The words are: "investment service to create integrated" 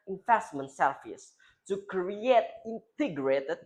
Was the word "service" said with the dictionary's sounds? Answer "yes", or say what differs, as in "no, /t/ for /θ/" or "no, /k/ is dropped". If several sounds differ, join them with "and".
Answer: no, /f/ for /v/